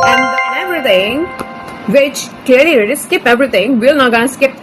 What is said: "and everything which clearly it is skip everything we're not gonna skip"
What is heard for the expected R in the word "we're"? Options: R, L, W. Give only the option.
L